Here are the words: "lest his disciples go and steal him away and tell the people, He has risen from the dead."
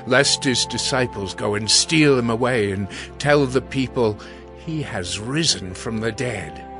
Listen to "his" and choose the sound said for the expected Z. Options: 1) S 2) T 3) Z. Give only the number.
3